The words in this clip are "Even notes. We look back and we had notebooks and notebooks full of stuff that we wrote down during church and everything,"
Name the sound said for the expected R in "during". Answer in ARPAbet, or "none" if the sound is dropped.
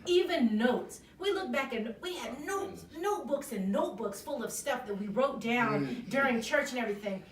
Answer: R